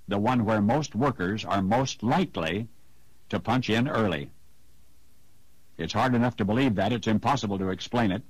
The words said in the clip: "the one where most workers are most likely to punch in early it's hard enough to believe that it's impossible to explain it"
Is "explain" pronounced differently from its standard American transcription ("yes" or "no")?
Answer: no